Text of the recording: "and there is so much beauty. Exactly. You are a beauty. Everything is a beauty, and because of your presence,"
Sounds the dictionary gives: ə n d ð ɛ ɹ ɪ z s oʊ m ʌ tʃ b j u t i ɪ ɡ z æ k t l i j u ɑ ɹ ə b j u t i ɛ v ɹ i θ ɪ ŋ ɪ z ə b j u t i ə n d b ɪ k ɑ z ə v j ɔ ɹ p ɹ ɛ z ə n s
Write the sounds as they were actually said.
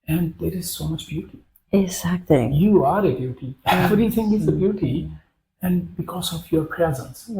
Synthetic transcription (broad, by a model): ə n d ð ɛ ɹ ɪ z s oʊ m ʌ tʃ b j u t i ɪ ɡ z æ k t l i j u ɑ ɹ ə b j u t i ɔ ɹ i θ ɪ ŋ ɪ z ə b j u t i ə n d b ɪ k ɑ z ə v j ɔ ɹ p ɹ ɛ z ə n s